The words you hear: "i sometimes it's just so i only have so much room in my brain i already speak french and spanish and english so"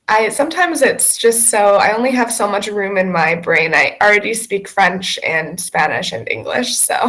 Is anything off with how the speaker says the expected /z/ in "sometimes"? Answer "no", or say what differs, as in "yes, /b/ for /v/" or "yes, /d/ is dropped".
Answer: no